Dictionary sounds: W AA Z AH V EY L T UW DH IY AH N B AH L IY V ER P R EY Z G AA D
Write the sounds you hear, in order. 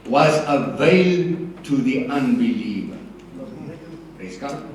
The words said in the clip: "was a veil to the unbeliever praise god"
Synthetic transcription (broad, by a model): W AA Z AH V EY L T UW DH IY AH N B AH L IY V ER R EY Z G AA